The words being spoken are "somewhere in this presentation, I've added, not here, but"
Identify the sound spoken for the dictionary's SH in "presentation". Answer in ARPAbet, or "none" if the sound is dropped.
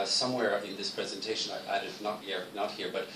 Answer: SH